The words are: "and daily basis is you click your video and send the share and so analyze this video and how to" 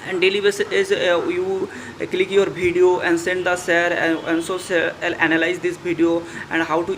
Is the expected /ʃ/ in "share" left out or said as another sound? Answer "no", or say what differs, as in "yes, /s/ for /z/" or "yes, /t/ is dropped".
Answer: yes, /s/ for /ʃ/